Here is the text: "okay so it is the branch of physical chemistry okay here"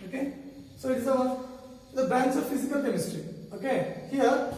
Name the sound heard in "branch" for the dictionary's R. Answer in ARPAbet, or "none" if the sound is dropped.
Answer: none